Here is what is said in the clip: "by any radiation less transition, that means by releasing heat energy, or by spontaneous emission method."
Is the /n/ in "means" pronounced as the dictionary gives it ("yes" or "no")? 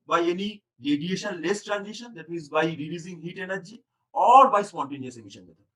no